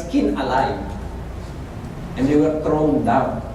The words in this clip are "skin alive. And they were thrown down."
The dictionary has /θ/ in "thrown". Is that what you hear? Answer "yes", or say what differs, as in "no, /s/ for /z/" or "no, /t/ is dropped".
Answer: no, /t/ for /θ/